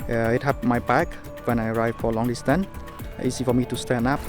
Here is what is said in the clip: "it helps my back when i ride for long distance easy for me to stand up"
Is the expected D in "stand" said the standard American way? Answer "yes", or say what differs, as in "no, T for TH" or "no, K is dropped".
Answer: no, D is dropped